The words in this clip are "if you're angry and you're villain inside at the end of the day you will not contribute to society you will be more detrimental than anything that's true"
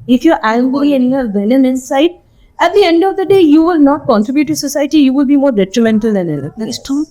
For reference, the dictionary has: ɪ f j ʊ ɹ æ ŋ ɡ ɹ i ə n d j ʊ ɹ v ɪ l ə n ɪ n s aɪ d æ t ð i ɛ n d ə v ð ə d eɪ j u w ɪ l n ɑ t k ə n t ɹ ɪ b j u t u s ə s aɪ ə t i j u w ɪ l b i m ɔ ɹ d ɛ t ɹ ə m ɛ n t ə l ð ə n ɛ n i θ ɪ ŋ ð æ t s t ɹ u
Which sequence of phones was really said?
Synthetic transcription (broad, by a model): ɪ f j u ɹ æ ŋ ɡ i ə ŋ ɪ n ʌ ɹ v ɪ n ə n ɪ n s aɪ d æ t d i ɛ n d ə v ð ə d eɪ j u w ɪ l n ɑ t k ə n t ɹ ɪ b j u t u s ə s aɪ ə t i j u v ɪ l b i m ɔ ɹ d ɛ t ɹ ə m ɛ n t ə l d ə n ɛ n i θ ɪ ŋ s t